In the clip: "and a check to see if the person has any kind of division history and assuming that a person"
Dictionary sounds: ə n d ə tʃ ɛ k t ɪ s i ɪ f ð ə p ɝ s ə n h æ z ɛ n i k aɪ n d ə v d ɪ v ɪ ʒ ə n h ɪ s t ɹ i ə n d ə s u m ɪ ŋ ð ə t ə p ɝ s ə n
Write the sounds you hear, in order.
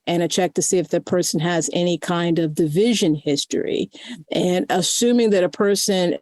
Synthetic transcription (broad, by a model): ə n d ə tʃ ɛ k t ɪ s i ɪ f ð ə p ɝ s n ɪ z ɛ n i k aɪ n d ə v d ɪ v ɪ ʒ ə n h ɪ s t ɹ i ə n ə s u m ɪ ŋ ð ə t ə p ɝ s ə n